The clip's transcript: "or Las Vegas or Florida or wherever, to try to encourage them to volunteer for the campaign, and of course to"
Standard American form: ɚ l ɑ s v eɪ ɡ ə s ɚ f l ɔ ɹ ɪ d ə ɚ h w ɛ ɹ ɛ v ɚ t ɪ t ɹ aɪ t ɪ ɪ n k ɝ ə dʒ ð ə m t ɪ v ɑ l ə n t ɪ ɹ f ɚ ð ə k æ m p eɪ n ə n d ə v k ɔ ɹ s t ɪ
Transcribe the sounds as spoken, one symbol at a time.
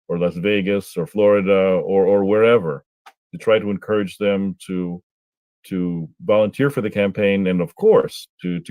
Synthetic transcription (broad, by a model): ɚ l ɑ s v eɪ ɡ ə s ɚ f l ɔ ɹ ɪ d ə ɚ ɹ w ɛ ɹ ɛ v ɚ t ɪ t ɹ aɪ t ɪ ɪ n k ɝ ə dʒ ð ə m t ɪ v ɑ l ə n t ɪ ɹ f ɚ ð ə k æ m p eɪ n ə n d ə v k ɔ ɹ s t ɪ